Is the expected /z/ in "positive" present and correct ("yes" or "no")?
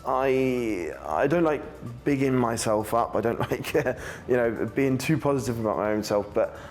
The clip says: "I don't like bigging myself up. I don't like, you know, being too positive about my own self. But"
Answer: yes